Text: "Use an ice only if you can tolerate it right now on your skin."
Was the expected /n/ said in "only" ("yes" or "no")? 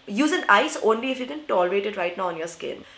yes